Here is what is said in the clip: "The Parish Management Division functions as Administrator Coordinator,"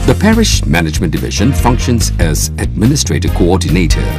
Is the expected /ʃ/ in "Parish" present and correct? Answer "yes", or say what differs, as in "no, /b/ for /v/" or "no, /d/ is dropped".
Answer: yes